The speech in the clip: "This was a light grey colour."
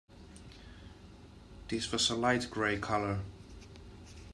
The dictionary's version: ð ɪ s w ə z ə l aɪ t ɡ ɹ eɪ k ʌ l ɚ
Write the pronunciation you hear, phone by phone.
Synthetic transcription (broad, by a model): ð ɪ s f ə s ə l aɪ t ɡ ɹ eɪ k ʌ l ɚ